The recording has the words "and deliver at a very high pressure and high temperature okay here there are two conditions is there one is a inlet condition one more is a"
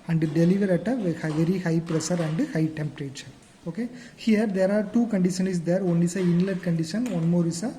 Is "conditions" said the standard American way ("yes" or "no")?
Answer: no